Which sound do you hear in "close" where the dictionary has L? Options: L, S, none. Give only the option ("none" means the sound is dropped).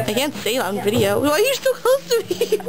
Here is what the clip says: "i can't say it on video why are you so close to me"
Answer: none